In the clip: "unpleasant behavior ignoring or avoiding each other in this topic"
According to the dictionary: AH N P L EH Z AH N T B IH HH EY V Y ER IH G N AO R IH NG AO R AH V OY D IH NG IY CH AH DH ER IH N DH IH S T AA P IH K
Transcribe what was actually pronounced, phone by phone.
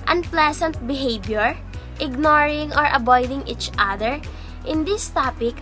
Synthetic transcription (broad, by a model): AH N P L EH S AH N T B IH HH EY B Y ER IH G N AO R IH NG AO R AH B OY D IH NG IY CH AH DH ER IH N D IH S T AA P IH K